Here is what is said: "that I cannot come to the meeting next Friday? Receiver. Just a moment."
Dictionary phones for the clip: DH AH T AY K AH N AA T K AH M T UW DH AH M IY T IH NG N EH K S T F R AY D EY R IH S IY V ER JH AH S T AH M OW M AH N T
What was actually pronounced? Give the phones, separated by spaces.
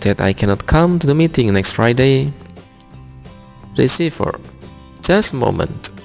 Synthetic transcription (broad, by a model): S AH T AY K AH N AA T K AH M T UW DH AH M IY T IH NG N EH K S T F R AY D EY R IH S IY F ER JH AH S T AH M OW M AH N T